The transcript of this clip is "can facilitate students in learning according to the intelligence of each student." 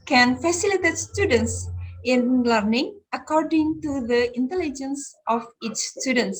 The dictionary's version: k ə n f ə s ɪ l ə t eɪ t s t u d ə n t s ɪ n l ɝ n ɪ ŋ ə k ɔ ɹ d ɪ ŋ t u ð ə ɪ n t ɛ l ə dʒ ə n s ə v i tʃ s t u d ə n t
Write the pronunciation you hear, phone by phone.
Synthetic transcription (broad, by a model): k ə n f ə s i l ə t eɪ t s t u d ə n t s ɪ n l ɝ n ɪ ŋ ə k ɔ ɹ d ɪ ŋ t u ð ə ɪ n t ɛ l ə dʒ ə n s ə f i tʃ s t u d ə n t